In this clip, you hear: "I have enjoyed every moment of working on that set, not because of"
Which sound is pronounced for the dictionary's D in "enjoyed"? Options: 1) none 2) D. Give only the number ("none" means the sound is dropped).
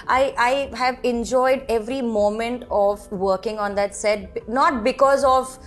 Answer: 2